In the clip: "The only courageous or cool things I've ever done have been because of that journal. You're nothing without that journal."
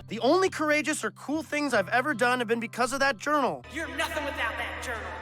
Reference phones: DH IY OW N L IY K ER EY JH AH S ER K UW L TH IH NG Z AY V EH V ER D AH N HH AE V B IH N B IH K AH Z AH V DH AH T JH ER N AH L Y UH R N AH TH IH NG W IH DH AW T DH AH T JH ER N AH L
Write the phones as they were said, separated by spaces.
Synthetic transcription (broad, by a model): DH IY OW N L IY K ER EY JH AH S ER K UW L TH IH NG Z AY V EH V ER D AH N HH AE V B IH N B IH K AH Z AH V DH AH T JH ER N L Y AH R N AH TH IH NG W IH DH AW T DH AH T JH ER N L